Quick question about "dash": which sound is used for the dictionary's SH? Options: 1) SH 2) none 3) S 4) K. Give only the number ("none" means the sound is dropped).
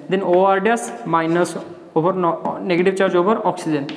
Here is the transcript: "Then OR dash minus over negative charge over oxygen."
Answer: 3